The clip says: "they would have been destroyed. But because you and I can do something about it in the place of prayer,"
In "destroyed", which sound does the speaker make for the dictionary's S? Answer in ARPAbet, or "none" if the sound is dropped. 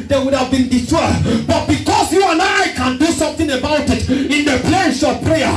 none